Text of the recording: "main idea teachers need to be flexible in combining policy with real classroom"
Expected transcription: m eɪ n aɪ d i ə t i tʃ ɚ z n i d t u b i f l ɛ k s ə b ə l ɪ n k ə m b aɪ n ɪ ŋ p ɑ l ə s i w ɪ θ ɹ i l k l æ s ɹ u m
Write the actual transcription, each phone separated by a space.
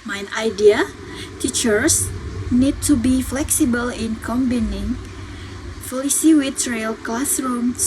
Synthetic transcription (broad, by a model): m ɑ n aɪ d i ə t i tʃ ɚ s n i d t u b i f l ɛ k s ə b ə l ɪ n k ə m b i n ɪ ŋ f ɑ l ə s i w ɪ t ɹ i l k l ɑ s ɹ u m